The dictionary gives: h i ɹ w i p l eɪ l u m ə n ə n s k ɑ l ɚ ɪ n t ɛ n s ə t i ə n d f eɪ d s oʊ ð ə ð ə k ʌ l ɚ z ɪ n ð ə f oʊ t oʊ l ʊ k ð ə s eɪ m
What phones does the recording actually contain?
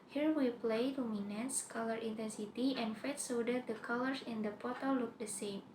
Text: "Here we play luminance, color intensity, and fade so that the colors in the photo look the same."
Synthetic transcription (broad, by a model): h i ɹ w i p l eɪ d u m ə n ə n s k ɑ l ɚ ɪ n t ɛ n s ə t i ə n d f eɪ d s oʊ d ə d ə k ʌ l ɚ s ɪ n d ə p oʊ t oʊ l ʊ k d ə s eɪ m